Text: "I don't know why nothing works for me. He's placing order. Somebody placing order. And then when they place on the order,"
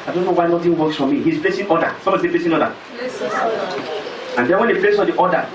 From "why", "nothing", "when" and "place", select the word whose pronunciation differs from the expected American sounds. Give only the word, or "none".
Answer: nothing